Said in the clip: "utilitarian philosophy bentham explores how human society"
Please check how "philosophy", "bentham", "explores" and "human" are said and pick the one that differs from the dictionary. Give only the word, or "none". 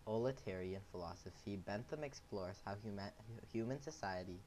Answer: none